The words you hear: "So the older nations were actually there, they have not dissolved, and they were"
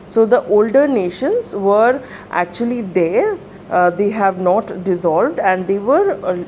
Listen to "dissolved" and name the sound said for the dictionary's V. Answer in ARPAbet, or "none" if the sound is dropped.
V